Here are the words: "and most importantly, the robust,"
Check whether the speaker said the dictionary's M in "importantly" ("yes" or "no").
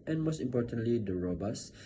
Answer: yes